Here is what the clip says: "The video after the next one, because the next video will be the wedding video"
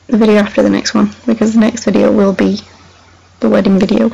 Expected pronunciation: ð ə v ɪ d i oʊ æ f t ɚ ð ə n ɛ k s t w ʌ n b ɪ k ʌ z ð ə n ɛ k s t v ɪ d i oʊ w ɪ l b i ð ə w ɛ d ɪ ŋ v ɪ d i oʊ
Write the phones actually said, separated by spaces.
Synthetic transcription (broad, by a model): ð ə v ɪ d i oʊ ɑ f t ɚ ð ə n ɛ k s t w ʌ n b ɪ k ʌ z ð ə n ɛ k s t v ɪ d i oʊ w ɪ l b i ð ə w ɛ d ɪ ŋ v ɪ d i oʊ